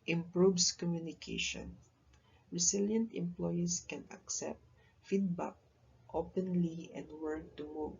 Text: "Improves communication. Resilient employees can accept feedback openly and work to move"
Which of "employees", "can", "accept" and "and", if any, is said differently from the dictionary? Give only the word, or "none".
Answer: employees